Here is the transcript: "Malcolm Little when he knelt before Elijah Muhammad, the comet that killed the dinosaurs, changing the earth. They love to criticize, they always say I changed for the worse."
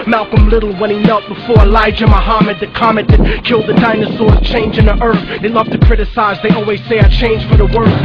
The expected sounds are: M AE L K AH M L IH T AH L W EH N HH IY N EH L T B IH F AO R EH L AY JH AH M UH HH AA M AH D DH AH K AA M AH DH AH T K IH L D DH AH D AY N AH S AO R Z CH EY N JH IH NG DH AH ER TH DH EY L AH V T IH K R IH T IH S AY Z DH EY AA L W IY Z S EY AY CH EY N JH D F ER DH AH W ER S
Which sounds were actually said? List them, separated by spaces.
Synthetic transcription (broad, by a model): M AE L K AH M L IH T L W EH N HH IY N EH L T B IH F AO R EH L AY JH AH M UH HH AA M AH D DH AH K AA M AH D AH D K IH L D DH AH D AY N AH S AO R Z CH EY N JH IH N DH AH ER TH DH EY L AH V T IH K R IH T IH S AY Z DH EY AA L W IY Z S EY AY CH EY N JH F ER DH AH W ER